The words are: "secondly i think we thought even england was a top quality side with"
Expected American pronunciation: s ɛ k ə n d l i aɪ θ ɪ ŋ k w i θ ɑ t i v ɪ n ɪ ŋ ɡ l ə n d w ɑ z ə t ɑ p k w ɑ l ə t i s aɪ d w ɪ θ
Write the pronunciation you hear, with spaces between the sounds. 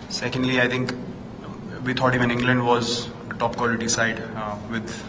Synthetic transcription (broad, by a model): s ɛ k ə n d l i aɪ t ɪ ŋ k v i t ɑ t i v ɪ n ɪ ŋ ɡ l ə n d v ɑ z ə t ɑ p k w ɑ l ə t i s aɪ d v ɪ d